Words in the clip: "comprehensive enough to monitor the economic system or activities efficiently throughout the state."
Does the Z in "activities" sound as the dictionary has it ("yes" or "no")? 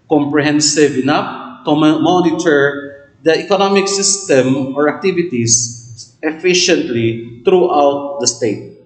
no